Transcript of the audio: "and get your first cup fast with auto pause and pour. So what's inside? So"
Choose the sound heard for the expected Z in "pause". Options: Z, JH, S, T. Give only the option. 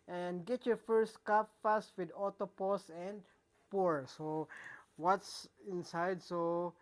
S